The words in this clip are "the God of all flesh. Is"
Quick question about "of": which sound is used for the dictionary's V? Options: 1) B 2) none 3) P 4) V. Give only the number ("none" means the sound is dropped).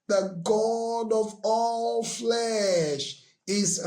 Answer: 4